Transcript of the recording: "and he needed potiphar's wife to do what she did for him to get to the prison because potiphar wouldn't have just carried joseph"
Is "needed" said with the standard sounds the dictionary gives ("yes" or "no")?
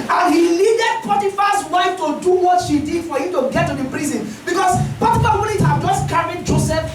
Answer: no